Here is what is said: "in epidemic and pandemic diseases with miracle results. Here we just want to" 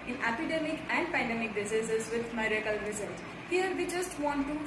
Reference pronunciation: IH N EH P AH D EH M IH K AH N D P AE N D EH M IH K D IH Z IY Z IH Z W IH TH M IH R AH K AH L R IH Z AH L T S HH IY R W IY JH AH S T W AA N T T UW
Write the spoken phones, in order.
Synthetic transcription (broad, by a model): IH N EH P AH D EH M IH K AH N D P AE N D EH M IH K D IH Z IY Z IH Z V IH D M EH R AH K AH L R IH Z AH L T HH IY R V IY JH AH S T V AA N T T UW